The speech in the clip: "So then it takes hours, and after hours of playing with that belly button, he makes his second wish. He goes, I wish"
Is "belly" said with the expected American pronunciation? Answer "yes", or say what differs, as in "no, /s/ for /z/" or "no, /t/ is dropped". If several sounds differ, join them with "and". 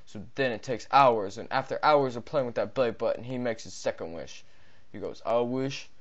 no, /l/ is dropped